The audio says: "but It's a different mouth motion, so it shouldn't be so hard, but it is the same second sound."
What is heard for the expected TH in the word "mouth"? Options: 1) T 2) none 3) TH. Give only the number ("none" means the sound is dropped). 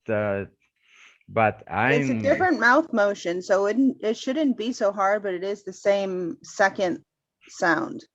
3